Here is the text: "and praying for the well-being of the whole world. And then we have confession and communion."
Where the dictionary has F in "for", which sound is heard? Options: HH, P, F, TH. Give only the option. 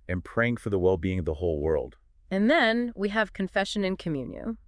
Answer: F